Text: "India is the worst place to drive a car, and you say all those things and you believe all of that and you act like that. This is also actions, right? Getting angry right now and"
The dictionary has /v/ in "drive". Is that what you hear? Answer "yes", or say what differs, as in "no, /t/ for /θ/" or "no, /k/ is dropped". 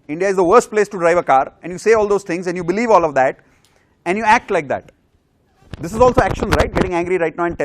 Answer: yes